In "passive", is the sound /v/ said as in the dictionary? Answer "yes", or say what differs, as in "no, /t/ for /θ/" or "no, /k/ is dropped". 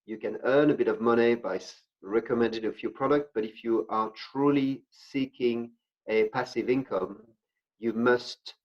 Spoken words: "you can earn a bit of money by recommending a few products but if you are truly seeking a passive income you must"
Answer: yes